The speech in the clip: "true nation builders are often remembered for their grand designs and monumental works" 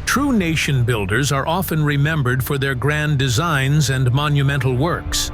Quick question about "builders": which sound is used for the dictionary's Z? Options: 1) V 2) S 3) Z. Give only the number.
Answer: 3